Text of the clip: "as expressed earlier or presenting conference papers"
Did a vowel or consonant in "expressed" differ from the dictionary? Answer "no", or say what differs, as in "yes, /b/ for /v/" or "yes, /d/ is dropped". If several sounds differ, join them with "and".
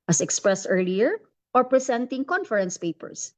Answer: no